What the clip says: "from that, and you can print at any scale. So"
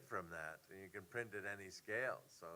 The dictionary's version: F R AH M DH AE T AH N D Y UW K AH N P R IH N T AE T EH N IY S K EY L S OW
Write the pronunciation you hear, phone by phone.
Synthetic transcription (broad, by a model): F R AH M DH AE T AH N Y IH K AH N P R IH N T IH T EH N IY S K EY L S OW